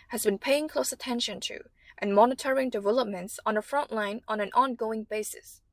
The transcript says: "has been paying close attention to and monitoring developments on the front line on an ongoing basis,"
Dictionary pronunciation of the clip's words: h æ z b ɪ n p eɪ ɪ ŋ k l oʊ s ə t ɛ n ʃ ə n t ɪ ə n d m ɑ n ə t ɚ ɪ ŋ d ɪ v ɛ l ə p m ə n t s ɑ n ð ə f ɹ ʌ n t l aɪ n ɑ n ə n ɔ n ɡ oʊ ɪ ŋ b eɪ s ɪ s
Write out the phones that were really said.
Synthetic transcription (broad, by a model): h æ z b ɪ n p eɪ ɪ ŋ k l oʊ s ə t ɛ n ʃ ə n t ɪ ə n m ɑ n ə t ɚ ɪ ŋ d ɪ v ɛ l ə p m ə n t s n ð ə f ɹ ʌ n t l aɪ n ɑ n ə n ɔ n ɡ oʊ ɪ ŋ b eɪ s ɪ s